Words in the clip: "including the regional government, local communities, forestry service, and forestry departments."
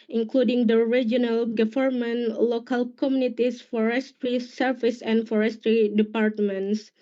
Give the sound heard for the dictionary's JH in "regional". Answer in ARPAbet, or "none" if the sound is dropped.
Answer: JH